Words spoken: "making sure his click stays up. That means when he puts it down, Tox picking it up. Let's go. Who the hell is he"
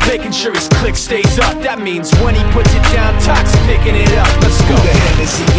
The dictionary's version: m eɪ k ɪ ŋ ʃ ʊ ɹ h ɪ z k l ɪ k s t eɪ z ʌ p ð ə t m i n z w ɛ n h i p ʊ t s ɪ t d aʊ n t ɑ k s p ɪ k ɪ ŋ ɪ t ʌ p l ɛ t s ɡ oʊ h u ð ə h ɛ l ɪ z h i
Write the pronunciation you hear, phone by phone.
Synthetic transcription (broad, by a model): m eɪ k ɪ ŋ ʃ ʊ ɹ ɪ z k l ɪ k s t eɪ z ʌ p ð ə t m i n z w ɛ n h i p ʊ t s ɪ t d aʊ n t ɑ k s p ɪ k ɪ ŋ ɪ t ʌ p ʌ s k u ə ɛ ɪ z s